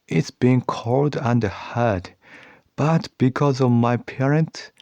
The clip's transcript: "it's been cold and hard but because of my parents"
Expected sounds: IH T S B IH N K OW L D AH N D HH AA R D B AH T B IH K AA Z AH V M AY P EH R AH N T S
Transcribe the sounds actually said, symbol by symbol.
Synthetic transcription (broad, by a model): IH T S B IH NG K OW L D AH N D HH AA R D B AH T B IH K AA Z AH V M AY P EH R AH N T S